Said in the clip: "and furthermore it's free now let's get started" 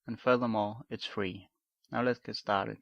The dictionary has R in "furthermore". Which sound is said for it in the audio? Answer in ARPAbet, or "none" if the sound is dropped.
L